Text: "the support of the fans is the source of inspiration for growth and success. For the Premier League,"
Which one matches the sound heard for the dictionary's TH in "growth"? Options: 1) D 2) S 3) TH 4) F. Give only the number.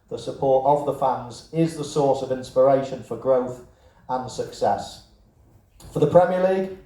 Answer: 3